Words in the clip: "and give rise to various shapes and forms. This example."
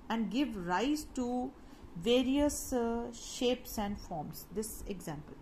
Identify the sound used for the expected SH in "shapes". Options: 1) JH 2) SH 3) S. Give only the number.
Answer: 2